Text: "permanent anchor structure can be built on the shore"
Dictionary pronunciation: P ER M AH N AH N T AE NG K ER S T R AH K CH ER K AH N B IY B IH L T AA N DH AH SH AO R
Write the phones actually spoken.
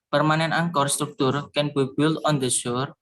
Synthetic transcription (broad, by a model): P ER M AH N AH N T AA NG K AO S T R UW K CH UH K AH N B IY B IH L AA N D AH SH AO R